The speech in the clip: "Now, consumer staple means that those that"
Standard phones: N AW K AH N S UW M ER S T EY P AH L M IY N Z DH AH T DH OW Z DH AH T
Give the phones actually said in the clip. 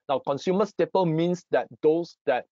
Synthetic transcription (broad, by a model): N AW K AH N S UW M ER S T EY P AH L M IY N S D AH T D OW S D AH T